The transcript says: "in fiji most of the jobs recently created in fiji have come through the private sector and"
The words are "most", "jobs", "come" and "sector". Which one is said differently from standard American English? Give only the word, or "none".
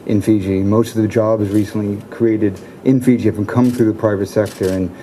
none